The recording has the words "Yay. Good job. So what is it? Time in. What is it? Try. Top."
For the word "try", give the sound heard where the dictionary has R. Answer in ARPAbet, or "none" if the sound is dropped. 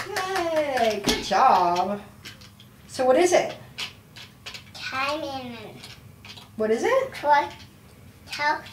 W